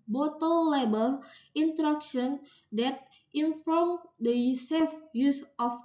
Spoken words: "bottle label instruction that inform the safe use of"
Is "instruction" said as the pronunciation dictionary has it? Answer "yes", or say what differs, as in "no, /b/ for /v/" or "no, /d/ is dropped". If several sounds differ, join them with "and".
no, /s/ is dropped